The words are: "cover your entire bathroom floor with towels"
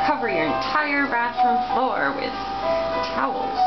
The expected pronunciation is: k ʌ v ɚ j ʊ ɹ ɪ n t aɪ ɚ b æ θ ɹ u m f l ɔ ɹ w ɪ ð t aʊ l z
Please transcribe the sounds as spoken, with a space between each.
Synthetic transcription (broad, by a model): k ʌ v ɚ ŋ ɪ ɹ ɪ n t aɪ ɚ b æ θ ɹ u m f l ɔ ɹ w ɪ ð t aʊ l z